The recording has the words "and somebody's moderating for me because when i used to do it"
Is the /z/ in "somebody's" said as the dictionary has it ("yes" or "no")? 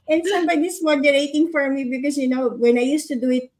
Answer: no